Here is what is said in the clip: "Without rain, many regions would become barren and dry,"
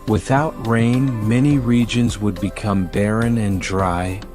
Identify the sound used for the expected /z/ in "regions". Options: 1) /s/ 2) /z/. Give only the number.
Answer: 2